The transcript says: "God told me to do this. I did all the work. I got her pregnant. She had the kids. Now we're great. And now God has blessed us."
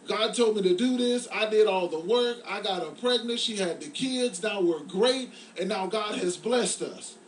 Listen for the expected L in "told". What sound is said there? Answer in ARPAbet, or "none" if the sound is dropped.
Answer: L